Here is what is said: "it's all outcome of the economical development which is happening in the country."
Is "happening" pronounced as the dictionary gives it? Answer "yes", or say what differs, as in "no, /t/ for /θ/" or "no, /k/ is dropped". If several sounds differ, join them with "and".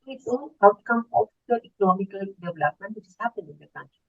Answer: no, /n/ is dropped